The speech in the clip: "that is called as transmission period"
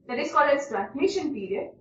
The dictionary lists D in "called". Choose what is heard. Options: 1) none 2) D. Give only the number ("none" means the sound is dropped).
1